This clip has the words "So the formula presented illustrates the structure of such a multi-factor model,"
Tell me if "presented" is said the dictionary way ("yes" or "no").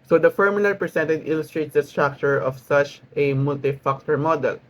no